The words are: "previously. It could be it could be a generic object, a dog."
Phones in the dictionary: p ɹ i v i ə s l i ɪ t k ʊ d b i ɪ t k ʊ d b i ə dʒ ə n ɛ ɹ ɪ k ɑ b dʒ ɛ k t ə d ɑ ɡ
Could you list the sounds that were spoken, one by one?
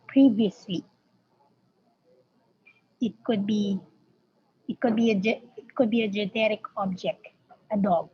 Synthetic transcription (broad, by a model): p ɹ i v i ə s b i ɪ t k ʊ d b i ɪ t k ʊ d b i ə dʒ ə n ɛ ɹ ɪ k ɑ b dʒ ɛ k t ə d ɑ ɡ